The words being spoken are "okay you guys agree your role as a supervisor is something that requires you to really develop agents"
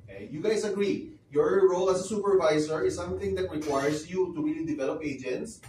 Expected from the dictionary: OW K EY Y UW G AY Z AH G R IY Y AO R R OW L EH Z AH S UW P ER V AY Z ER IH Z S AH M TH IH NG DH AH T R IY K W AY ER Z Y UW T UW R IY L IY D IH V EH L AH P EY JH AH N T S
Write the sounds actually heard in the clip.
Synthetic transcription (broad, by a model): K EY Y UW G AY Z AH G R IY Y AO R R OW L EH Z AH S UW P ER V AY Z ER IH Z S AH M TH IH NG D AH T R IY K W AY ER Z Y UW T UW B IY IY D IH V EH L AH P EY JH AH N T S